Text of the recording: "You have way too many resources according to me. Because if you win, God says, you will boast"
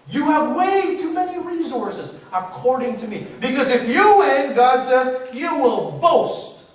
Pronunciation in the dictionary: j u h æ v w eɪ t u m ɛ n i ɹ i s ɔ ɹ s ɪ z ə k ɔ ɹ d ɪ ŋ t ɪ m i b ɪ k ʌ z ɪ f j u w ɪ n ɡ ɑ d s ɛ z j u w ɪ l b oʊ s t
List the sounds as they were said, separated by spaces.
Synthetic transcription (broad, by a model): j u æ v w eɪ t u m ɛ n i ɹ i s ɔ ɹ s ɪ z ə k ɔ ɹ d ɪ ŋ t ɪ m i b ɪ k ʌ z ɪ f j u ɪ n ɡ ɑ d s ɛ z j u w ɪ l b oʊ s t